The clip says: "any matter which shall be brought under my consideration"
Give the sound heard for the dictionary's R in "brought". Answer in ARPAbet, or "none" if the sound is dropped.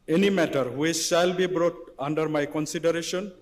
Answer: R